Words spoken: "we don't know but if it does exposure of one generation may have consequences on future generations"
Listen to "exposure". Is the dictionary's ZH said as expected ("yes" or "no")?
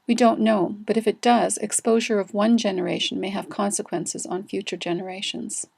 yes